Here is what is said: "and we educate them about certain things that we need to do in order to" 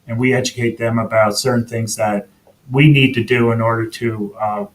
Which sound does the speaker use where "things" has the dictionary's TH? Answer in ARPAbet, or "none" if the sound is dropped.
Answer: TH